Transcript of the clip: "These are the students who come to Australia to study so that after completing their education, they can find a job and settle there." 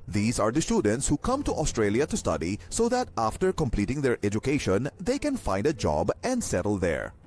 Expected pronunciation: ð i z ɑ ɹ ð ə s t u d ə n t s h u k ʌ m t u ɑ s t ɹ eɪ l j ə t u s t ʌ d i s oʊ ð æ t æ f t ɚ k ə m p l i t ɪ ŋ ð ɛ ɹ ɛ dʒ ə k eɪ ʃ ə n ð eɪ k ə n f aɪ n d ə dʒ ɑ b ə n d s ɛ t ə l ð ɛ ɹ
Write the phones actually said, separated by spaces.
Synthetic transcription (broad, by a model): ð i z ɑ ɹ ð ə s t u d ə n t s h u k ʌ m t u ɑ s t ɹ eɪ l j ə t u s t ʌ d i s oʊ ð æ t æ f t ɚ k ə m p l i t ɪ ŋ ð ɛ ɹ ɛ dʒ ə k eɪ ʃ ə n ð eɪ k ə n f aɪ n d ə dʒ ɑ b ə n d s ɛ t ə l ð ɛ ɹ